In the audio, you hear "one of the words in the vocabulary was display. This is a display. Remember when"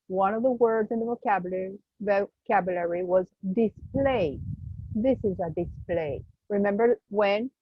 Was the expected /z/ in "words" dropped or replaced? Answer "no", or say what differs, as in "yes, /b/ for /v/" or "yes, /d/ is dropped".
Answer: no